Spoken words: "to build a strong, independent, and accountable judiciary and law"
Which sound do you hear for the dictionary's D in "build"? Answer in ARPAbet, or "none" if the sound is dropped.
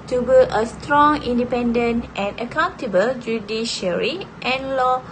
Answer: none